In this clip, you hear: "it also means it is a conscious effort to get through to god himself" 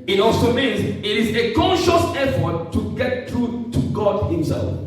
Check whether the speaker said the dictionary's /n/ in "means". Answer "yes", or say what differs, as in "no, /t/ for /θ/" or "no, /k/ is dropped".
yes